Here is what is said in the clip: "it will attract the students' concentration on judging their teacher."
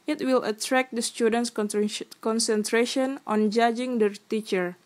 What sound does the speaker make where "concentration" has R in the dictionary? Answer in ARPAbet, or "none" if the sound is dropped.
R